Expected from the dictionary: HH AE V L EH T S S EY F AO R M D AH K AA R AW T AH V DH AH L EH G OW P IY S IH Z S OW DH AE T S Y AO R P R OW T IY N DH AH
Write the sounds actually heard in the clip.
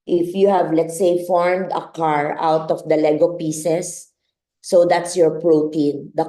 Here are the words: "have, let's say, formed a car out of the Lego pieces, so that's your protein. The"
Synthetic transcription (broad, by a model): HH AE V L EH T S S EY F AO R M D AH K AA R AW T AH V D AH L EH G OW P IY S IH S OW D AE T S Y AO R P R OW T IY N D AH